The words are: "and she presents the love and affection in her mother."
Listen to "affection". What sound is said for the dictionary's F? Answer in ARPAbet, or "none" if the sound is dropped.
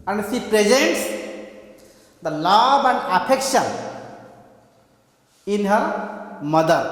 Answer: P